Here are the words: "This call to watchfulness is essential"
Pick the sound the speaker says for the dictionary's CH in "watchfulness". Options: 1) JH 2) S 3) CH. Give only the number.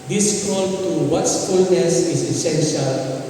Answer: 2